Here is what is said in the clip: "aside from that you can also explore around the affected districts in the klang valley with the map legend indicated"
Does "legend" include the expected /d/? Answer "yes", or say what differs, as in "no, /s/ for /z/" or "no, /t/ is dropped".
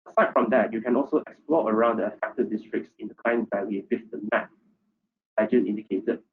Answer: no, /d/ is dropped